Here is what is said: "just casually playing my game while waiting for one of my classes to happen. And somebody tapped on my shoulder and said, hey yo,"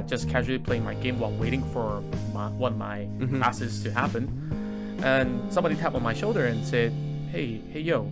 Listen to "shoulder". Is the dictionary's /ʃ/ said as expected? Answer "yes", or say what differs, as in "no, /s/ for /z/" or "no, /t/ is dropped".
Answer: yes